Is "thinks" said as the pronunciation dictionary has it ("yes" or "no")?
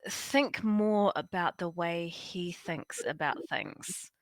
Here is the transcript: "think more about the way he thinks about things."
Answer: yes